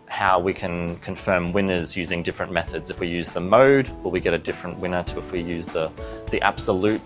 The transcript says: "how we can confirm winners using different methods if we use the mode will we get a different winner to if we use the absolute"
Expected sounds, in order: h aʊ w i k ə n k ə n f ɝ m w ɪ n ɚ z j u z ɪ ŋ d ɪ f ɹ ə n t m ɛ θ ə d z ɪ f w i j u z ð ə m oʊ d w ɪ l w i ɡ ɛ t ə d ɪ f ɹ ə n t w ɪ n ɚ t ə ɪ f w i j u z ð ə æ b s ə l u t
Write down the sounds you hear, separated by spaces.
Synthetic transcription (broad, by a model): h aʊ w i k ə n k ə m f ɝ m w ɪ n ɚ z j u z ɪ ŋ d ɪ f ɹ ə n m ɛ θ ə d z ɪ f w i j u z ð ə m oʊ d w ɪ l w i ɡ ɛ t ə d ɪ f ɹ ə n t w ɪ n ɚ t ə ɪ f w i j u z ð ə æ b s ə l u t